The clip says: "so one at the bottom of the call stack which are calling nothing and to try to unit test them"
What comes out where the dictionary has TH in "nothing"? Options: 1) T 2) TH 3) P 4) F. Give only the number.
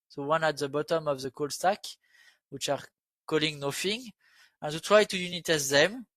4